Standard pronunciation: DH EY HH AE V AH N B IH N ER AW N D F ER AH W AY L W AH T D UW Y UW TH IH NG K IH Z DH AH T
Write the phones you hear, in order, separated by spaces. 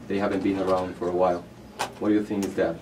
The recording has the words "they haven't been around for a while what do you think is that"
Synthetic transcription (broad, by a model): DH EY HH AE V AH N B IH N ER AW N D F ER AH W AY L W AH T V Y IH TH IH NG IH Z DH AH T